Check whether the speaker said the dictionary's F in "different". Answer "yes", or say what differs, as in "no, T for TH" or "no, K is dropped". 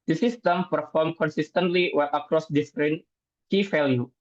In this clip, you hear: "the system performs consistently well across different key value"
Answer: no, P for F